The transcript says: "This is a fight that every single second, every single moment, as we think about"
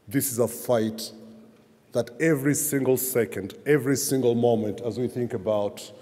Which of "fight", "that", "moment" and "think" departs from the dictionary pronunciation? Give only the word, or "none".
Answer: none